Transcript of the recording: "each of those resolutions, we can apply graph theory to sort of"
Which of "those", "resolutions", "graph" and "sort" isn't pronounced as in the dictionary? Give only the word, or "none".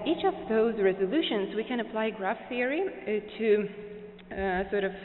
none